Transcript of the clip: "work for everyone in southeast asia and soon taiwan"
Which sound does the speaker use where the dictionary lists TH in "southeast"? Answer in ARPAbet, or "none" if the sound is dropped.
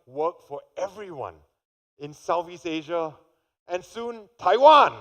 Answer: F